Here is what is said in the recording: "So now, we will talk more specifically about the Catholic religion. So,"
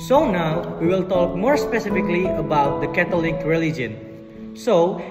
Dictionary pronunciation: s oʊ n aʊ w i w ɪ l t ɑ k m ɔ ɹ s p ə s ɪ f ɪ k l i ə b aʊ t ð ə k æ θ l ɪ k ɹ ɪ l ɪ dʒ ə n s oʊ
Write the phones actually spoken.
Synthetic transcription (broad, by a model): s oʊ n aʊ w i w ɪ l t ɑ k m ɔ ɹ s p ə s ɪ f ɪ k l i ə b aʊ t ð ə k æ t l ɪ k ɹ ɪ l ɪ dʒ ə n s oʊ